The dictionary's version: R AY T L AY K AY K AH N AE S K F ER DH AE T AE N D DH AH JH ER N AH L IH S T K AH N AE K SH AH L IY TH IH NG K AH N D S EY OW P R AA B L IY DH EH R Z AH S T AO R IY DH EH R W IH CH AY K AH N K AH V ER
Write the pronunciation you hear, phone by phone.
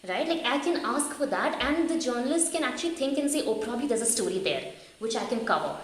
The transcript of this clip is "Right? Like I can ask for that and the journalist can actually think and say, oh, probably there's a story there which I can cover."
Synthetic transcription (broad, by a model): R AY T L AY K AY K AH N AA S K F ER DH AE T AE N D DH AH JH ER N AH L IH S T K AH N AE K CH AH L IY T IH NG K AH N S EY OW P R AA B L IY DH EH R Z AH S T AO R IY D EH R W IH CH AY K AH N K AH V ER